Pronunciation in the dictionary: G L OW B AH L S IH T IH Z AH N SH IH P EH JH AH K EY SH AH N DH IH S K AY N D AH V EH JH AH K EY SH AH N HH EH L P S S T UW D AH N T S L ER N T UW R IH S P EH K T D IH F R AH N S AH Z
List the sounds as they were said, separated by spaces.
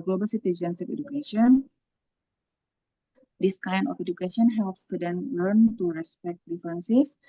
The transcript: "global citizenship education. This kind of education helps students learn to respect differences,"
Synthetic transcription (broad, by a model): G L OW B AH L S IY T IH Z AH N S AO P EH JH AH K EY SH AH N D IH S K AY N D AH F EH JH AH K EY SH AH N HH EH L P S S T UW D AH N L ER N T UW R IH S P EH K T D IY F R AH N S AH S